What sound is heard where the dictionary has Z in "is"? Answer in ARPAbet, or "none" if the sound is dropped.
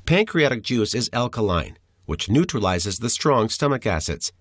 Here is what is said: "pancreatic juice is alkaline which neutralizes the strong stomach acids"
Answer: Z